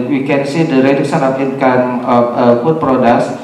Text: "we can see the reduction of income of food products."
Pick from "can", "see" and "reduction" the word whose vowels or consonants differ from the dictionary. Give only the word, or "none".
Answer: reduction